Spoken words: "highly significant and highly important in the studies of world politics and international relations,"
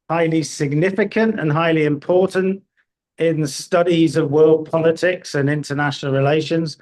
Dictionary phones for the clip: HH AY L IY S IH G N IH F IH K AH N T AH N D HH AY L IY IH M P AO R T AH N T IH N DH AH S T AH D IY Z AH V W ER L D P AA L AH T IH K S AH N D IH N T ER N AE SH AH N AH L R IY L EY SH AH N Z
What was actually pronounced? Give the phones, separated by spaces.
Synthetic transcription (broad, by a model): HH AY L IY S IH G N IH F IH K AH N T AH N HH AY L IY IH M P AO T N T IH N DH AH S T AH D IY Z AH V W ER L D P AA L AH T IH K S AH N IH N T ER N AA SH AH N AH L R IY L EY SH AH N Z